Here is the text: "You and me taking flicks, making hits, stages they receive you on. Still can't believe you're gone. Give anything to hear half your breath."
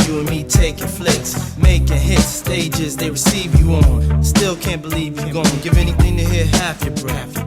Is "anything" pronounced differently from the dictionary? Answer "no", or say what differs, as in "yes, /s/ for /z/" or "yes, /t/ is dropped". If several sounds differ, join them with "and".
no